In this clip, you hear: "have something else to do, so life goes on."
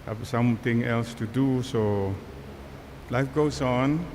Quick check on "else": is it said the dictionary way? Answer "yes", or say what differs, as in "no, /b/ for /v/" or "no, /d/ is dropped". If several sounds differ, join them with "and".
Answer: yes